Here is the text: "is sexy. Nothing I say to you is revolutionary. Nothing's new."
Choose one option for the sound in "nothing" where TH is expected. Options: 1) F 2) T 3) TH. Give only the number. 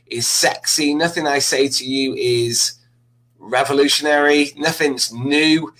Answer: 3